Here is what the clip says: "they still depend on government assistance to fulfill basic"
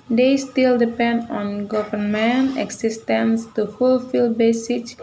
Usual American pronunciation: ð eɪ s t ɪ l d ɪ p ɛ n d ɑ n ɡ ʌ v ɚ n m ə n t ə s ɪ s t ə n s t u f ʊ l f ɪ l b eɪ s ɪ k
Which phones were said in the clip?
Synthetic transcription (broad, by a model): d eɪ s t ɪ l d ɪ p ɛ n d ɑ n ɡ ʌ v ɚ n m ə n ə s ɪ s t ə n s t u f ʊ l f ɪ l b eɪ s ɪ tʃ